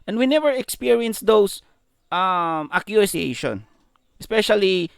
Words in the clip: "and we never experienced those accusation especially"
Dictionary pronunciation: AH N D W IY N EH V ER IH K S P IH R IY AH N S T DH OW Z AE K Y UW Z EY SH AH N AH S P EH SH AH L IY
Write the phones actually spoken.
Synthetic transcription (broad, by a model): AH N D W IY N EH V ER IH K S P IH R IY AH N S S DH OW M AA K Y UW S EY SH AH N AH S P EH SH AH L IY